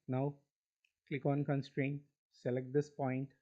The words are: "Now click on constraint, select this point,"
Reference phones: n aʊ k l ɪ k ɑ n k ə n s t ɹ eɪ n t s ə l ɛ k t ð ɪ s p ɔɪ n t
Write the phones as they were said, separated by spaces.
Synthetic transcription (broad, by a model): n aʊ k l ɪ k ɑ n k ə n s t ɹ eɪ n t s ə l ɛ k t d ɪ s p ɔɪ n t